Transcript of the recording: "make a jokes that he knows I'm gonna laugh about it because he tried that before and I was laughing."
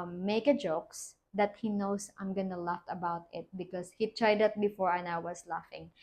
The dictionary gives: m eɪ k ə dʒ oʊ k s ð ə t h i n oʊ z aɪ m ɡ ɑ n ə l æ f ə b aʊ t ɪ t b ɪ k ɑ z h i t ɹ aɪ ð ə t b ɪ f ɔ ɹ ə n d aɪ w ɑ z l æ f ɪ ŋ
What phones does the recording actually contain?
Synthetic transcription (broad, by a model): m eɪ k ə dʒ oʊ k s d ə t h i n oʊ s aɪ m ɡ ɑ n ə l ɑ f ə b aʊ t ɪ t b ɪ k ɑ s h i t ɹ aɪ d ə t b ɪ f ɔ ɹ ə n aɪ w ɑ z l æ f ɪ ŋ